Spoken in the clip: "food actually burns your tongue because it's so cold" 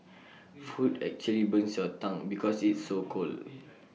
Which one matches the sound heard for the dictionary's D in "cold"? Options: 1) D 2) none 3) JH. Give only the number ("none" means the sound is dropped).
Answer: 2